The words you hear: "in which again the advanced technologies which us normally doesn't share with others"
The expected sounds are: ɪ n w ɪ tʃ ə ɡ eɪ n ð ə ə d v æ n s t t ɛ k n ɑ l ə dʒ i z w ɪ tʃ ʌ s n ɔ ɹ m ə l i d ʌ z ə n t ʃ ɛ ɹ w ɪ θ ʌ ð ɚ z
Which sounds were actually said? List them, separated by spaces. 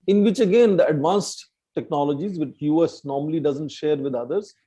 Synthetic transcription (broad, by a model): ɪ n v ɪ tʃ ə ɡ eɪ n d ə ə d v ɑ n s t t ɛ k n ɑ l ə dʒ i z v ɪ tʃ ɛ s n ɔ ɹ m ə l i d ʌ z ə n t ʃ ɛ ɹ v ɪ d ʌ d ɚ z